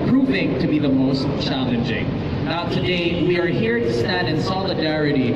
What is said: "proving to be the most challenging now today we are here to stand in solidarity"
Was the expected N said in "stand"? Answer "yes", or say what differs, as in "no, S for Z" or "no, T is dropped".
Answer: no, N is dropped